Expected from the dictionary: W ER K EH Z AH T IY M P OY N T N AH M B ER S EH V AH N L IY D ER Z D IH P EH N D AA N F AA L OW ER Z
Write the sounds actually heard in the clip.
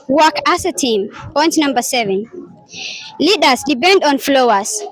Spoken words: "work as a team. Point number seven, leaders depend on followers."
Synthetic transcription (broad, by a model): W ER K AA S AH T IY M P OY N T N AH M B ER S EH V AH N L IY D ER S D IH P EH N D AA N F L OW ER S